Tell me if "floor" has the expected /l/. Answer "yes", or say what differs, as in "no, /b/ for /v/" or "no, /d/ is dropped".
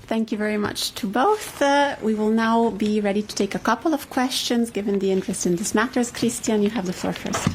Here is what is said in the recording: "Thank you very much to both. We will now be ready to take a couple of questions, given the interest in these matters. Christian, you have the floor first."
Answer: no, /l/ is dropped